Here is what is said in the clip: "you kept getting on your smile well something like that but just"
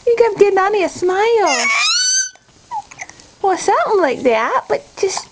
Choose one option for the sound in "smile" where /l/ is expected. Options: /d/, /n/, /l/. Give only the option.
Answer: /l/